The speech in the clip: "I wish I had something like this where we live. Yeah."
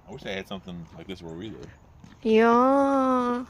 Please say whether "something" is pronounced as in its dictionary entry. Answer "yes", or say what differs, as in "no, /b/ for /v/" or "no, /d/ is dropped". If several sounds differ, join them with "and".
yes